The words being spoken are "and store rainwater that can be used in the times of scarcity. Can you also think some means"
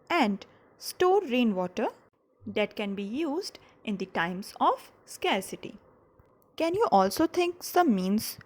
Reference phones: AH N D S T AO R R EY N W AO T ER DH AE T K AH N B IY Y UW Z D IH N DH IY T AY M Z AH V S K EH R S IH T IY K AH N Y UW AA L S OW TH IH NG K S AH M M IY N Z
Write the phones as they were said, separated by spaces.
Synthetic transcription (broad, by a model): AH N D S T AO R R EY N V AO T ER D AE T K AH N B IY Y UW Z D IH N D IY T AY M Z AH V S K EH R S IH T IY K AH N Y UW AA L S OW T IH NG K S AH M M IY N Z